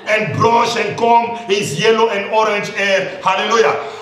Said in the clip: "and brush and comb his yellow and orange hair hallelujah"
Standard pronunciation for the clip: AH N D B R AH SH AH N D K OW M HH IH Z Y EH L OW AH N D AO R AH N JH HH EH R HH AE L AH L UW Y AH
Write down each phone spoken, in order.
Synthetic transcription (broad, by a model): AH N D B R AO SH AH N D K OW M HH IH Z Y EH L OW AH N D AO R AH N JH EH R HH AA L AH L UW Y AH